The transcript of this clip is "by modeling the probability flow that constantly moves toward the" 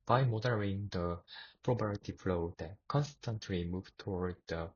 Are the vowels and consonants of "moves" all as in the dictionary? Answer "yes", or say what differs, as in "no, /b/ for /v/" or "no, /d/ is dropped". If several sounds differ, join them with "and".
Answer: no, /z/ is dropped